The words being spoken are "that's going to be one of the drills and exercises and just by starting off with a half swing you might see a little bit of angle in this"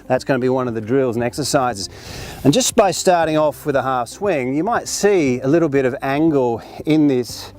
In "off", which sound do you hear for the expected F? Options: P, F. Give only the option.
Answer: F